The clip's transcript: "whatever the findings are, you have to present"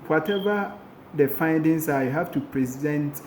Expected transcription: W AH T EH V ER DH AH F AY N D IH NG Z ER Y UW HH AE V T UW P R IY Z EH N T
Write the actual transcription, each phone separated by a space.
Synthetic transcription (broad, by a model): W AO T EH V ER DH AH F AY N D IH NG S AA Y HH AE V T UW P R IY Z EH N T